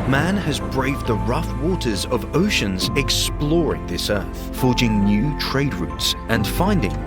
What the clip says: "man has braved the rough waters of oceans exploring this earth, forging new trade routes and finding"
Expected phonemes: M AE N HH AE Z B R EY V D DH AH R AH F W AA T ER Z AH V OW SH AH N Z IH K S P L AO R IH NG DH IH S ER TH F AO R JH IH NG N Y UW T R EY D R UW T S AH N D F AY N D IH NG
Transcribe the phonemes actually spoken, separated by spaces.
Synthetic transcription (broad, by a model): M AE N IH Z B R EY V DH AH R AH F W AA T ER Z AH V OW SH AH N Z IH K S P L AO R IH NG DH IH S ER TH F AO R JH IH NG N Y UW T R EY D R UW T S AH N F AY N D IH NG